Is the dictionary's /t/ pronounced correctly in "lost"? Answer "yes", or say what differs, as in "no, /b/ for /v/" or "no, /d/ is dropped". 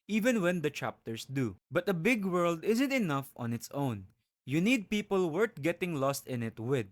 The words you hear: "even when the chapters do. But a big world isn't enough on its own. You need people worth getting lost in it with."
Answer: yes